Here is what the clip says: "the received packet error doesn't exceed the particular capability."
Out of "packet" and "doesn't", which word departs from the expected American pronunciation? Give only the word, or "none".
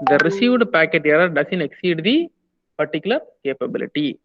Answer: doesn't